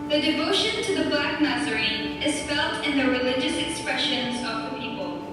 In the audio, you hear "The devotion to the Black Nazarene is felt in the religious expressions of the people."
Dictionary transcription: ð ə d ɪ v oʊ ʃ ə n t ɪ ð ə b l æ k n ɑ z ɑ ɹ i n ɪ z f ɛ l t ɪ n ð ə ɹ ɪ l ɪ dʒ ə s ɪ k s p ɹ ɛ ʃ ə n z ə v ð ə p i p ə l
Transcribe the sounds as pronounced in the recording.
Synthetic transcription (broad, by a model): ð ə d ɪ v oʊ ʃ ə n t ɪ ð ə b l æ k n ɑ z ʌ ɹ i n ɪ z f ɛ l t ɪ n ð ə ɹ ɪ l ɪ dʒ ə s ɪ k s p ɹ ɛ ʃ ə n z ə v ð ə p i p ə l